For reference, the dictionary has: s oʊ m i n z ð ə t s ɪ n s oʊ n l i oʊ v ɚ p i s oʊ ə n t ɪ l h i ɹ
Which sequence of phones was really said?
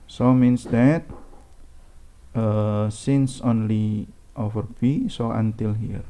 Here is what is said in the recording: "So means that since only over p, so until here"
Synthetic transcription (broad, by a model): s oʊ m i n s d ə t s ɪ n s oʊ n l i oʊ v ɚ b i s oʊ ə n t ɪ l h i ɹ